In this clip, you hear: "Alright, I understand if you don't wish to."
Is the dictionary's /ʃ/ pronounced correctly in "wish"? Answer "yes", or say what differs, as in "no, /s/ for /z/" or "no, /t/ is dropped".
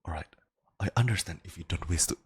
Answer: no, /s/ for /ʃ/